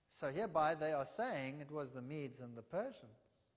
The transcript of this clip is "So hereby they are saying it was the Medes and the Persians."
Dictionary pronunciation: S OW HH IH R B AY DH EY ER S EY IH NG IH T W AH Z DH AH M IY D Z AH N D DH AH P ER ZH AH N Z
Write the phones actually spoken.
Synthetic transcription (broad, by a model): S OW HH IH R B AY DH EY ER S EY IH NG IH T W AH Z DH AH M IY D Z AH N DH AH P ER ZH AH N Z